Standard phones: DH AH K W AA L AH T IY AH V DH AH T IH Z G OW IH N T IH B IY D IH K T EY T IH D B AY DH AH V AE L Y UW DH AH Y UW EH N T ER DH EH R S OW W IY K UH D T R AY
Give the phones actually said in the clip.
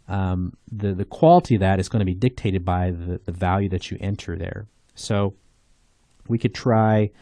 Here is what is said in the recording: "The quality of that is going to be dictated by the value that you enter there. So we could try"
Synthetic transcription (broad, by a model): DH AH K W AA L AH T IY AH V DH AH T IH Z G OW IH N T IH B IY D IH K T EY T IH D B AY DH AH V AE L Y UW DH AH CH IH EH N T ER DH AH R S OW W IY K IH D T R AY